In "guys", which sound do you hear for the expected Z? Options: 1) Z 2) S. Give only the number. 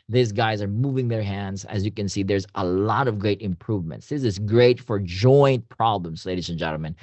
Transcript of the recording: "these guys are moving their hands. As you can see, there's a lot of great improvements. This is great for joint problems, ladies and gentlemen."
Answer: 1